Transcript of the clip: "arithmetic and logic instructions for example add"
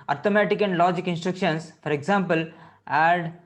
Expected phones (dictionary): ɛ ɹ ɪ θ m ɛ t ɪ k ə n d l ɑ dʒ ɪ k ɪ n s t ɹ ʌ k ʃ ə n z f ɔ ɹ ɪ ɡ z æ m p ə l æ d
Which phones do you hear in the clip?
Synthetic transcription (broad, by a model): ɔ ɹ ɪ m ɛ t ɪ k ə n d l ɑ dʒ ɪ k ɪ n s t ɹ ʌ k ʃ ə n s f ɔ ɹ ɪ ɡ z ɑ m p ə l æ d